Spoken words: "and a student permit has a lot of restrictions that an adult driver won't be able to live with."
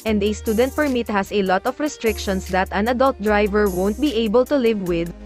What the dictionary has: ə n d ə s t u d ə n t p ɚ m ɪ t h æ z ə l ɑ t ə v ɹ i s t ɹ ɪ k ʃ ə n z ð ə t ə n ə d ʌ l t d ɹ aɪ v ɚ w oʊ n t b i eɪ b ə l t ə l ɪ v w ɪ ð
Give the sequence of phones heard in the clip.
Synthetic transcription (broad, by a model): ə n d ə s t u d ə n t p ɚ m ɪ t h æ s ə l ɑ t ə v ɹ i s t ɹ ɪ k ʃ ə n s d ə t ə n ə d ʌ l t d ɹ aɪ v ɚ w oʊ n t b i eɪ b ə l t ə l ɪ v w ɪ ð